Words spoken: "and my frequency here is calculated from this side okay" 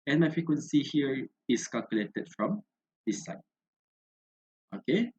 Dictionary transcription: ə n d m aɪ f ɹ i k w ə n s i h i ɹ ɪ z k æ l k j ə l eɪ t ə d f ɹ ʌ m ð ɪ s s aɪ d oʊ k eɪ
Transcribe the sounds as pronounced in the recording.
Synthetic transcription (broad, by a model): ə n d m aɪ f ɹ i k w ə n s i h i ɹ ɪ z k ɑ l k j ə l eɪ t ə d f ɹ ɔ m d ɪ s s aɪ oʊ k eɪ